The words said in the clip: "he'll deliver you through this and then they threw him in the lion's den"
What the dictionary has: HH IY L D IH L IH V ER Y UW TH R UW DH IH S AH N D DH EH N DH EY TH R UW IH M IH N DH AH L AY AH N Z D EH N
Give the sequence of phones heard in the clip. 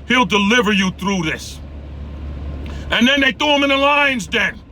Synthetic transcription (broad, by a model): HH IY L D IH L IH V ER Y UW TH R UW DH IH S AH N DH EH N DH EY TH UW IH M IH N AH L AY AH N Z D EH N